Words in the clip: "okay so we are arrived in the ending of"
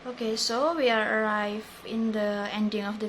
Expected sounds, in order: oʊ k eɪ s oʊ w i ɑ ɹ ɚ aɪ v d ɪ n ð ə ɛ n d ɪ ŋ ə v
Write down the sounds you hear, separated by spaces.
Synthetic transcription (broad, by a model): oʊ k eɪ s oʊ w i ɑ ɹ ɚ aɪ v ɪ n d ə ɛ n d ɪ ŋ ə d